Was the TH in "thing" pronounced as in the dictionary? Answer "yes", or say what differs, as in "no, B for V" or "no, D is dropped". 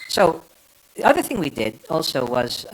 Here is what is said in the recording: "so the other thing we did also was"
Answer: yes